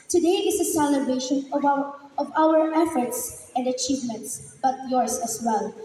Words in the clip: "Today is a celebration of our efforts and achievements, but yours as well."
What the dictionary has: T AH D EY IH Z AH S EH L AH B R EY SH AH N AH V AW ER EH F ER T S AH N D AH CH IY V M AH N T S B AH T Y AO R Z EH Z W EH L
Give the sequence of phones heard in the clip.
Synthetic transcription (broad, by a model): T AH D EY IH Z AH S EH L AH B EY SH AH N AH V AW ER EH F ER T S AH N D AH CH IY V M AH N T S B AH T Y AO R S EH S W EH L